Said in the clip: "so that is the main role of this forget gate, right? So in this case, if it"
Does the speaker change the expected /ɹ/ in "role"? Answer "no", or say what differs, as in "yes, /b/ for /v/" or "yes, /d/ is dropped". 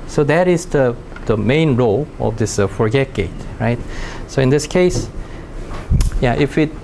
no